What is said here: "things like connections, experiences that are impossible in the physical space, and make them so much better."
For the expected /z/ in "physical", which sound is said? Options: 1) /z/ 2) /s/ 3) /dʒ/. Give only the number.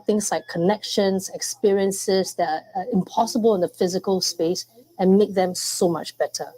1